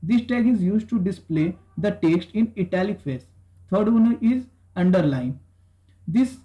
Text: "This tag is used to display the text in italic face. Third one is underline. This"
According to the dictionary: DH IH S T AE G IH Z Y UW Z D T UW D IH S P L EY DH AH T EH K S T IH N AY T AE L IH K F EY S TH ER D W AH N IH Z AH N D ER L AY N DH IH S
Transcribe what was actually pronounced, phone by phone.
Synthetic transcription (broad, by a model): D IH S T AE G IH Z Y UW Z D T UW D IH S P L EY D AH T EH K S T IH N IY T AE L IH K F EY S T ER D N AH IH Z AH N D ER L AY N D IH S